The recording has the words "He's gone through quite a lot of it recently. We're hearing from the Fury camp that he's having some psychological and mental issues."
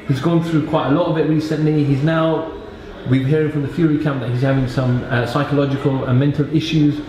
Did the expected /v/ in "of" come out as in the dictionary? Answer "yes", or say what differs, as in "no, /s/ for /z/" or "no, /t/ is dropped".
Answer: no, /b/ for /v/